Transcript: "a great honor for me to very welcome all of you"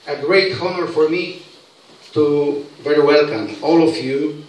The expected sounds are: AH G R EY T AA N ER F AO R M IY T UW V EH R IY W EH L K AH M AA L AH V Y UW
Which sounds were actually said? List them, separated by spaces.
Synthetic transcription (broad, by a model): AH G R EY T AA N ER F AO R M IY T UW V EH R IY W EH L K AH M AA L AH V Y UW